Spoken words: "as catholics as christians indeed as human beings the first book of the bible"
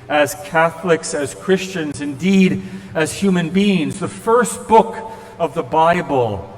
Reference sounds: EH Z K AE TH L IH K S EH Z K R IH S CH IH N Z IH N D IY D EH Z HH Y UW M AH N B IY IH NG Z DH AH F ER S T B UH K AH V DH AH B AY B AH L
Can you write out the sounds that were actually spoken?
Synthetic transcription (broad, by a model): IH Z K AE TH L IH K S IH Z K R IH S CH IH N Z IH N D IY D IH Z HH Y UW M AH N B IY IH NG Z DH AH F ER S T B UH K AH V DH AH B AY B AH L